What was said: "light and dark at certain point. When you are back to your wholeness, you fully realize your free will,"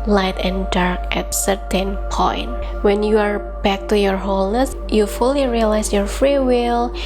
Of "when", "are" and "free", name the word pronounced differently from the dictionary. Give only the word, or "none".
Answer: none